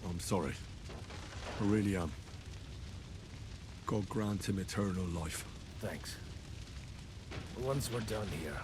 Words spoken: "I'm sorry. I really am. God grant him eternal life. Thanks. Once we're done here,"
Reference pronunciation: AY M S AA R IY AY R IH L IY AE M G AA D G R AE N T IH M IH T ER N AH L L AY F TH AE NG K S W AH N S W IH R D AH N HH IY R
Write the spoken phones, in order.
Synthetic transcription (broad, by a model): AY M S AA R IY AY R IH L IY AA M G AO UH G R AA N T IH M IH T ER N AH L L AY F TH AE NG K S W AH N S W IH R D AH N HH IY R